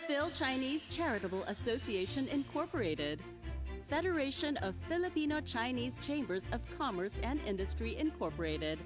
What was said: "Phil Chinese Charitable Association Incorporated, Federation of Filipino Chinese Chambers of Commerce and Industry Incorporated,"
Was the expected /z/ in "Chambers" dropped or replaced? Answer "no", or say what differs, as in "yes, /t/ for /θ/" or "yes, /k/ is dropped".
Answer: no